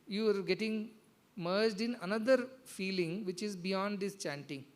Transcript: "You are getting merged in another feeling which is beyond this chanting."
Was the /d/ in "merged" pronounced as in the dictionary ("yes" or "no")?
yes